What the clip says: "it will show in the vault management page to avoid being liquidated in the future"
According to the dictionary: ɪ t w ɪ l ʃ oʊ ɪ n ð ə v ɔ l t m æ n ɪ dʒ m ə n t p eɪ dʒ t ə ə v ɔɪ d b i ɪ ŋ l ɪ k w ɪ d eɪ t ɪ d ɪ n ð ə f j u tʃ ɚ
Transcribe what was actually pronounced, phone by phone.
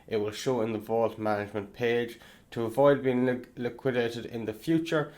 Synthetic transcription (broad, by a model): ɪ t w ɪ l ʃ oʊ ɪ n ð ə v ɔ l t m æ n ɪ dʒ m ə n p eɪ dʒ t ə ə v ɔɪ d b i ɪ ŋ l ɪ k w ɪ d eɪ t ɪ d ɪ n ð ə f j u tʃ ɚ